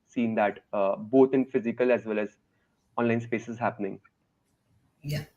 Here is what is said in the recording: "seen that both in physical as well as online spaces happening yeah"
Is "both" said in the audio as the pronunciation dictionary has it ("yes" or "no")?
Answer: no